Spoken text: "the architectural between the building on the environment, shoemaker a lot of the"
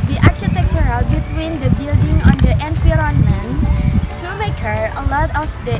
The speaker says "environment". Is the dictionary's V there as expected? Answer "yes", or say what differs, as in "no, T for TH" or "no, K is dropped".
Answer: no, F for V